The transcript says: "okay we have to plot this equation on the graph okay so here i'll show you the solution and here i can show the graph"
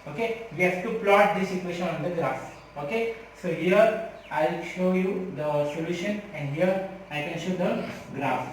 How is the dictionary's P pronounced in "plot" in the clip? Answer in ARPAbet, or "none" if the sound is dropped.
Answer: P